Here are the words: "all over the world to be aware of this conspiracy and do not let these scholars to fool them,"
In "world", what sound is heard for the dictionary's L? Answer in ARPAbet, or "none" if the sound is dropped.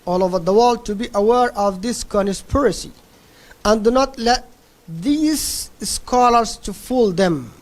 L